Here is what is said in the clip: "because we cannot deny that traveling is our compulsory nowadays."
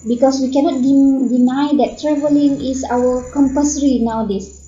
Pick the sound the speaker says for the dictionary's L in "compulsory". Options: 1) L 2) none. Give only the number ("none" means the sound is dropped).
2